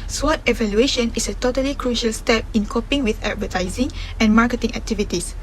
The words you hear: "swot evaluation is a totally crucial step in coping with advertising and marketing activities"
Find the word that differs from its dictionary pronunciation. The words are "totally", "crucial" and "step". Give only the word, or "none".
none